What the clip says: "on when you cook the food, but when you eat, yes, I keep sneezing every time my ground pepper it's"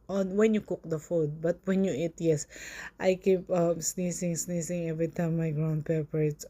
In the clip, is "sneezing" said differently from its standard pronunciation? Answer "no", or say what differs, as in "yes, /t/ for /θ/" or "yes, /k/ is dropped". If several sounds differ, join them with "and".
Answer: yes, /s/ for /z/